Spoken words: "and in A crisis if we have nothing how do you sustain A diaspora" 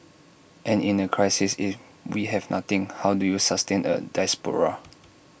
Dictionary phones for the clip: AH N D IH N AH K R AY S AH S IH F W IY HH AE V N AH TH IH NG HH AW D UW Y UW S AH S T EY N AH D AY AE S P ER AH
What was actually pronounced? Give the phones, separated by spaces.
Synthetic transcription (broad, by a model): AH N IH N AH K R AY S AH S IH F W IY HH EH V N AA T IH NG HH AW D UW Y UW S AH S T EY N AH D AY S P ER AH